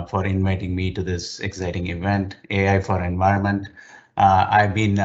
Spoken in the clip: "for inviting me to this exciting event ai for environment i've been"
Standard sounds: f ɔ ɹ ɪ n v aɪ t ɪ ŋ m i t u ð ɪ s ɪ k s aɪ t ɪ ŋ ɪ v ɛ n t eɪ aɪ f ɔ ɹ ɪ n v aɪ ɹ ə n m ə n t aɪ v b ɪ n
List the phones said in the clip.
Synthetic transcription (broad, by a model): f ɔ ɹ ɪ n v aɪ t ɪ ŋ m i t u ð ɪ s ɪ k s aɪ t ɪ ŋ ɪ v ɛ n t eɪ aɪ f ɔ ɹ ɪ n v aɪ ɹ ə n m ə n t aɪ v b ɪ n